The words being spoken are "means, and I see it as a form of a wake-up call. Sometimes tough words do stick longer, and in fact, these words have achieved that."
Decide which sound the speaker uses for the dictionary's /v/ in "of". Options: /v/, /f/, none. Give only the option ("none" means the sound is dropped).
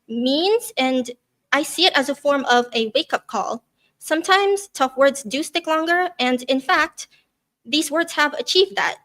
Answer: /v/